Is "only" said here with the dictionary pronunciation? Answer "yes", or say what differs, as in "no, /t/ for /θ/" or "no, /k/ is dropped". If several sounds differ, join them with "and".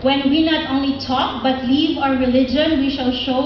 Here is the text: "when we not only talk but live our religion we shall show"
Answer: yes